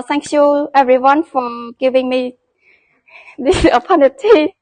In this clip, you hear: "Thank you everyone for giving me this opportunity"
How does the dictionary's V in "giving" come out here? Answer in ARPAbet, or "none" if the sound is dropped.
V